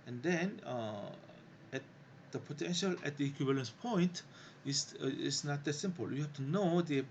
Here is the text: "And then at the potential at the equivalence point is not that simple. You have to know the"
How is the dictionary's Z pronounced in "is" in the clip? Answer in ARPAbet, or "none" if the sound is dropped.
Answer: S